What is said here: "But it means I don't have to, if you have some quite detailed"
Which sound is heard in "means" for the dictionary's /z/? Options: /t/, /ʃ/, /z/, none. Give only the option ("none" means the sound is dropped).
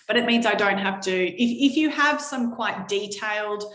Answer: /z/